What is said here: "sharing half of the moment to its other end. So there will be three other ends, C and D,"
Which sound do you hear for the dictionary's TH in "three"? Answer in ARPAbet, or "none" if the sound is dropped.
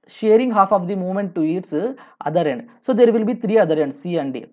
T